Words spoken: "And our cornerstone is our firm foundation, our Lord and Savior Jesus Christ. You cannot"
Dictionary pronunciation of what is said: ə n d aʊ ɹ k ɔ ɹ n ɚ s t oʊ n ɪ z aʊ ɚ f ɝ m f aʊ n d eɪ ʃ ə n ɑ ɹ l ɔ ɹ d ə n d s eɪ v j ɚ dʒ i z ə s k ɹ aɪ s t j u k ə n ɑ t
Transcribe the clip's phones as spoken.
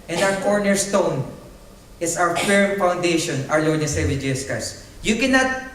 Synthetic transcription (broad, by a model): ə n d aʊ ɹ k ɔ ɹ n ɚ s t oʊ n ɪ s aʊ ɚ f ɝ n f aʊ n d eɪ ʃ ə n ɑ ɹ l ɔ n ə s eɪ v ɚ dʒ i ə s k aɪ s j u k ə n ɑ t